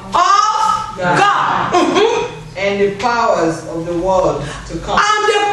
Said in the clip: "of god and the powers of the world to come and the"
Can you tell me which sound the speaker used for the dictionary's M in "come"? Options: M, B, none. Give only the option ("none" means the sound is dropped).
none